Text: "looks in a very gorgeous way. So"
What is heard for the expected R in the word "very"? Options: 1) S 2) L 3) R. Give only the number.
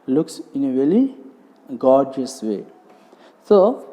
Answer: 2